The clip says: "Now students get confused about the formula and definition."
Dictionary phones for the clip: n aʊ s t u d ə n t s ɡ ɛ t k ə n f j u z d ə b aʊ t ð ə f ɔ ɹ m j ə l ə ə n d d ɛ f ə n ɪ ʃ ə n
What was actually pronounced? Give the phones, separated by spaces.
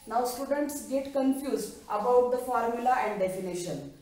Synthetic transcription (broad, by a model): n aʊ s t u d ə n t s ɡ ɛ t k ə n f j u z d ə b aʊ t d ə f ɔ ɹ m j ə l ə ə n d d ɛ f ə n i ʃ ə n